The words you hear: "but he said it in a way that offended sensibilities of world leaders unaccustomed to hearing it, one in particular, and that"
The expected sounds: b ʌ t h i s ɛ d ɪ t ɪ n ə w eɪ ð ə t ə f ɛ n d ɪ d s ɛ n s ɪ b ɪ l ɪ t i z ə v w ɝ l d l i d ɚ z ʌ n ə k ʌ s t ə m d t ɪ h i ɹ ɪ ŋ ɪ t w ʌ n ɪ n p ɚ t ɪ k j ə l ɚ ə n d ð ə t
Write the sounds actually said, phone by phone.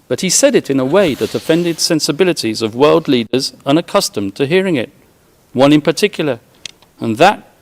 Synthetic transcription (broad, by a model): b ʌ t h i s ɛ d ɪ t ɪ n ə w eɪ ð ə t ə f ɛ n d ɪ d s ɛ n s ɪ b ɪ l ɪ t i z ə v w ɝ l d l i d ɚ z ʌ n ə k ʌ s t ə m t ɪ h i ɹ ɪ ŋ ɪ t w ʌ n ɪ n p ɚ t ɪ k j l ɚ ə n ð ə t